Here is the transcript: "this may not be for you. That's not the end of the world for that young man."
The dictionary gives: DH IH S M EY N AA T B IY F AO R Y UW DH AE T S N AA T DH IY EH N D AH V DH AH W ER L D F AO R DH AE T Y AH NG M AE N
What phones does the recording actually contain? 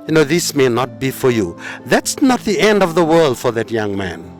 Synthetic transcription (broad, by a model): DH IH S M EY N AA T B IY F AO R Y UW DH AE T S N AA T DH IY EH N D AH V DH AH W ER L D F AO R DH AE T Y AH NG M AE N